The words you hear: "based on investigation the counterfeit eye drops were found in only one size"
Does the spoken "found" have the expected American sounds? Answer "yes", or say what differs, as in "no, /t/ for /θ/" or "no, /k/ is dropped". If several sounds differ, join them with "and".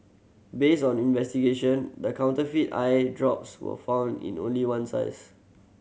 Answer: yes